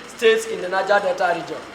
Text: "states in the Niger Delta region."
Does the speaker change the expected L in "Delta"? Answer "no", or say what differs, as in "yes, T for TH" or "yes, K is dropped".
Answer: yes, L is dropped